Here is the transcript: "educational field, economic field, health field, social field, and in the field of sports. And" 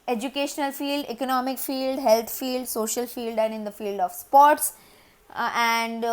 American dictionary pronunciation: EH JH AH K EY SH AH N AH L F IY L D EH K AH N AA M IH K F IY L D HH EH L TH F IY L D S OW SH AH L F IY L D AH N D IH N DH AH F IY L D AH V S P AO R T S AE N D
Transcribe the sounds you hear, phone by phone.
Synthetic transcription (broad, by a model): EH JH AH K EY SH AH N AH L F IY L D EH K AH N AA M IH K F IY L D HH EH L T F IY L D S OW SH AH L F IY L D AH N D IH N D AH F IY L D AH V S P AO R T S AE N D